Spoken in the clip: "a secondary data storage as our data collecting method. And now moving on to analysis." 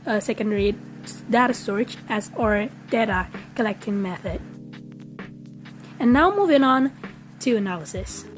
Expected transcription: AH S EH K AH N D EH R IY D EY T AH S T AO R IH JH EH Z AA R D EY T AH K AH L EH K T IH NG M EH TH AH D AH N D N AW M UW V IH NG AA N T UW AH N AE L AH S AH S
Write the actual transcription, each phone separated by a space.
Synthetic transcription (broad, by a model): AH S EH K AH N D EH R IY D EY T AH S T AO R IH CH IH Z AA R D EY T AH K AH L EH K T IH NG M EH TH AH D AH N N AW M UW V IH NG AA N T UW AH N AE L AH S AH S